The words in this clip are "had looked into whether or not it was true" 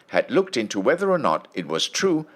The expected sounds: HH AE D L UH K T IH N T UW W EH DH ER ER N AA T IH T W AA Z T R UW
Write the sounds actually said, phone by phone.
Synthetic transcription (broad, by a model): HH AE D L UH K T IH N T UW W EH DH ER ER N AA T IH T W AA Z T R UW